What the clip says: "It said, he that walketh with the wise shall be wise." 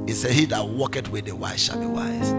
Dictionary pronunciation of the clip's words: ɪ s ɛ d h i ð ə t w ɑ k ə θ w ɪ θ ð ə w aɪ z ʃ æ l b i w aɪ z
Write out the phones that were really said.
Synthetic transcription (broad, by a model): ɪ s ɛ d h i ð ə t w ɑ k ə t w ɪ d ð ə w aɪ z ʃ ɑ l b i w aɪ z